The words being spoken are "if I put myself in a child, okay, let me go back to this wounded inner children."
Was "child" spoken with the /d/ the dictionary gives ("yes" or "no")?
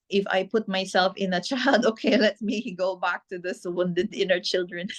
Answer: yes